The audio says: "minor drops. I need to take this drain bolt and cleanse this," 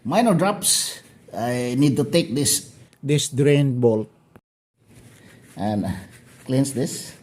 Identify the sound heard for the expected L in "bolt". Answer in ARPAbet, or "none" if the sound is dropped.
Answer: L